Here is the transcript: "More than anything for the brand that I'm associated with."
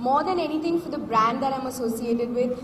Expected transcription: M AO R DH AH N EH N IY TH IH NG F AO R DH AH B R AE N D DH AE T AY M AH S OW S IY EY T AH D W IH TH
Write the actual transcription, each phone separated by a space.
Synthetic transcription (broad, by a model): M AO R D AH N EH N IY T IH NG F AO R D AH B R AE N D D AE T AY M AH S OW S IY EY T AH D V IH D